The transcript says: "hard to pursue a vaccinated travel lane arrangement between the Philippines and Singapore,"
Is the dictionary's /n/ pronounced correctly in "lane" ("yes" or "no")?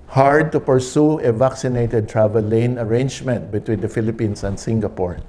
yes